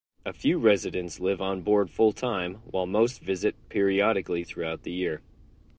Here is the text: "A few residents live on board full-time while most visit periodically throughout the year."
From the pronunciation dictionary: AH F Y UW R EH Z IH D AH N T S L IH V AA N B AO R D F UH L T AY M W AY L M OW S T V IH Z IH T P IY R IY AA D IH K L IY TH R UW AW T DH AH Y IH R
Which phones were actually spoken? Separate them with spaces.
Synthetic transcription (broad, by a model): AH F Y UW R EH Z IH D AH N T S L IH V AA N B AO R D F UH L T AY M W AY L M OW S T V IH Z IH T P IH R IY AA D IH K L IY TH R UW AW T DH AH Y IH R